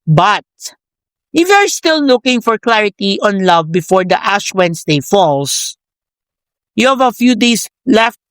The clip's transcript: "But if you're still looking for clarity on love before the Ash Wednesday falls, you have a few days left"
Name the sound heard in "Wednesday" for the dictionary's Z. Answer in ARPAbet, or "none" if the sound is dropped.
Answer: S